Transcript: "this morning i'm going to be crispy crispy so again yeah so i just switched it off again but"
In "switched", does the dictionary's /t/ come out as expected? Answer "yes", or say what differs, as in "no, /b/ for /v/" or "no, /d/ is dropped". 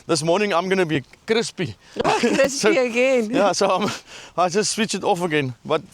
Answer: no, /t/ is dropped